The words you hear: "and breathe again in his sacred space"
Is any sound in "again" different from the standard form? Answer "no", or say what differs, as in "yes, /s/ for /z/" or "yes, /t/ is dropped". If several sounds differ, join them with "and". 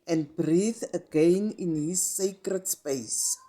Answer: no